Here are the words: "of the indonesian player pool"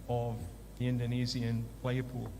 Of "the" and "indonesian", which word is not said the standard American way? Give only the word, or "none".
indonesian